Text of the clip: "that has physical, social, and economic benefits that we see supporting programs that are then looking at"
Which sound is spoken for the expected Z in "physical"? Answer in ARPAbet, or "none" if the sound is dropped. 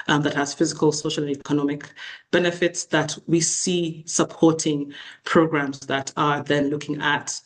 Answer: Z